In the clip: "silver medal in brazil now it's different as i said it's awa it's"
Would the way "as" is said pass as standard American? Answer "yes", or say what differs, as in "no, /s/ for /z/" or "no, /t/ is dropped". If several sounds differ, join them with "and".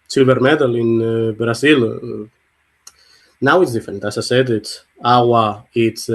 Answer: no, /s/ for /z/